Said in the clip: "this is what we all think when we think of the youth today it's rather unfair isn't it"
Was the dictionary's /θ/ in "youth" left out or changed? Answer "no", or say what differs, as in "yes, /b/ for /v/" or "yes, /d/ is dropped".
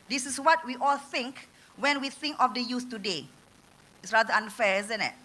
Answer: yes, /s/ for /θ/